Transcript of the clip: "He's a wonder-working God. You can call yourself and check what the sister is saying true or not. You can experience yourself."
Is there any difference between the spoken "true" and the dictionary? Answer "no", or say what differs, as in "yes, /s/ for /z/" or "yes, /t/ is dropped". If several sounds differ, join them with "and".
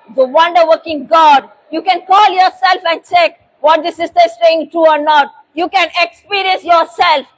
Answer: yes, /ɹ/ is dropped